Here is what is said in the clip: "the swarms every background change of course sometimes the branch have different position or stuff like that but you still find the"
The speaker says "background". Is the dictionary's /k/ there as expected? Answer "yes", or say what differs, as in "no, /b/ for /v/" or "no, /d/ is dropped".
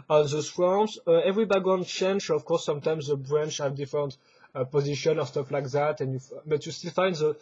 no, /k/ is dropped